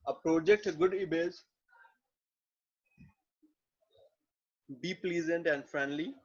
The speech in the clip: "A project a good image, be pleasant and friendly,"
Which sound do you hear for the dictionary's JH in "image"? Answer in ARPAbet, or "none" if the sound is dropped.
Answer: Z